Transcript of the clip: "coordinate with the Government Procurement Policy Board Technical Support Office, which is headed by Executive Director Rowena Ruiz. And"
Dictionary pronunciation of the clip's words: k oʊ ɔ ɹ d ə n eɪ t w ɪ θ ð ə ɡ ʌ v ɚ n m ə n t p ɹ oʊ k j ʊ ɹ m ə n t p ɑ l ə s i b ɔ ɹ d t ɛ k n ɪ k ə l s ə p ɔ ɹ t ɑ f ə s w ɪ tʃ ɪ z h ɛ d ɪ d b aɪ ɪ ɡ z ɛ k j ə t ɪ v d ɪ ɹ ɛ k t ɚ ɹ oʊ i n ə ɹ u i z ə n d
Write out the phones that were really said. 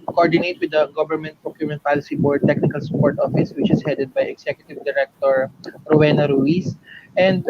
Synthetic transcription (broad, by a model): k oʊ ɔ ɹ d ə n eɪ t w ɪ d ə ɡ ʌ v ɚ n m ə n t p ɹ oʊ k j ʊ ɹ m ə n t p ɑ l ə s i b ɔ ɹ d t ɛ k n ɪ k ə l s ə p ɔ ɹ t ɑ f ə s w ɪ tʃ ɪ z h ɛ d ɪ d b aɪ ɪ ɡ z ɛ k j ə t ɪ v d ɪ ɹ ɛ k t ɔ ɹ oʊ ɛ n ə ɹ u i s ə n d